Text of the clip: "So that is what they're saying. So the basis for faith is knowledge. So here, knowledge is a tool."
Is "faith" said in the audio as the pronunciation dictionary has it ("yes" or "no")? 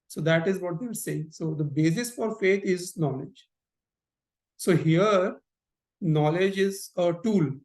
no